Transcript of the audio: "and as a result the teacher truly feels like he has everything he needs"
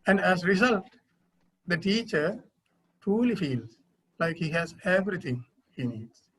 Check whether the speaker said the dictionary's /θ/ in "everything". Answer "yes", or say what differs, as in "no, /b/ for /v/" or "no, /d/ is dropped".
no, /t/ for /θ/